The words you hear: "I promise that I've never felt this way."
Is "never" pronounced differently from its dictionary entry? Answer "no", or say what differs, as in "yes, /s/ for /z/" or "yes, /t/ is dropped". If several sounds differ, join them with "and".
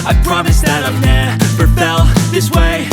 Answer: yes, /p/ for /v/